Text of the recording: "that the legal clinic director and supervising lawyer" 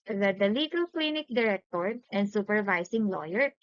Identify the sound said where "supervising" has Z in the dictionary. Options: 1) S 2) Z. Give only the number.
1